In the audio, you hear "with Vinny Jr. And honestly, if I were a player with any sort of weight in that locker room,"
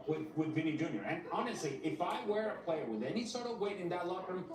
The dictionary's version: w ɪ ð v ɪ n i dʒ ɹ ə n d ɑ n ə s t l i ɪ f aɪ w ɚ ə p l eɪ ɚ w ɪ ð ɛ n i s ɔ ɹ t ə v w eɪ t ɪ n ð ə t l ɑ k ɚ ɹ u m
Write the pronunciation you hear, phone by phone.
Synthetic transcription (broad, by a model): w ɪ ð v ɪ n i dʒ ɹ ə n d ɑ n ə s t l i ɪ f aɪ w ɚ ə p l eɪ ɚ w ɪ ð ɛ n i s ɔ ɹ t ə v w eɪ t ɪ n ð ə t l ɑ ɚ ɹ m